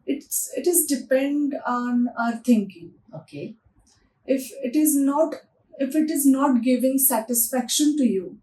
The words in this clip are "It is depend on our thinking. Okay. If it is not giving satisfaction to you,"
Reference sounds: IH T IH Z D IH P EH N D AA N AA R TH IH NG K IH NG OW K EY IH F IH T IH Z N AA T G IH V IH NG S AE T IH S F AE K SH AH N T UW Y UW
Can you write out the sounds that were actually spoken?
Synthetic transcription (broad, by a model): IH T IH Z D IH P EH N D AA N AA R T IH NG K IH NG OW K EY IH F IH T IH Z N AA T G IH V IH NG S AE T IH S F AE K SH AH N T UW Y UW